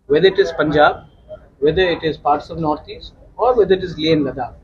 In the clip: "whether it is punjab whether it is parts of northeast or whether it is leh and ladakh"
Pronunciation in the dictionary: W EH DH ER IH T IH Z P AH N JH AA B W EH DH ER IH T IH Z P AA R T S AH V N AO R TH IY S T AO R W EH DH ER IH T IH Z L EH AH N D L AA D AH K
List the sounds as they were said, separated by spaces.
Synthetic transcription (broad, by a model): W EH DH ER IH T IH Z P AH N JH AA B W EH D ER IH T IH Z P AA R T S AH V N AO R T IY S T AO R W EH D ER IH T IH Z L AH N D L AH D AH